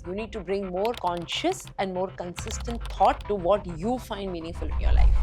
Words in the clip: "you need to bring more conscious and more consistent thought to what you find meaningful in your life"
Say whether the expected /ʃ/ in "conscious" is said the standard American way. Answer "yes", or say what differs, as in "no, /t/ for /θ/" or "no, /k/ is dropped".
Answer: yes